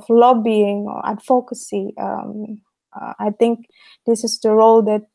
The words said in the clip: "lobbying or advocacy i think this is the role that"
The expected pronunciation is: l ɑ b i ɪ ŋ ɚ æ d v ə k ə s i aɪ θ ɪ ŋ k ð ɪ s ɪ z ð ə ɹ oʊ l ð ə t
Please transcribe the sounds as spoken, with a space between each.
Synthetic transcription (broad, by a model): l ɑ b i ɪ ŋ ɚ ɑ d f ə k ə s i aɪ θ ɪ ŋ k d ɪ s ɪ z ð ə ɹ oʊ l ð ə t